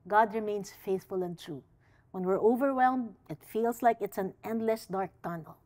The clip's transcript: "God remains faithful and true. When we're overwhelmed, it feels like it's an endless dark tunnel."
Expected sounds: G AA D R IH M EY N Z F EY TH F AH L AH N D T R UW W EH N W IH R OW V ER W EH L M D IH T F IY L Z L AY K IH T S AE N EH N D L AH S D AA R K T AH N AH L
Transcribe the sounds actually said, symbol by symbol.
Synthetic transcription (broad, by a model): G AA D R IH M EY N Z F EY TH F AH L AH N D T R UW W EH N W IH R OW V ER W EH L M D IH T F IY L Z L AY K IH T S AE N EH N D L AH S D AA R K T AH N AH L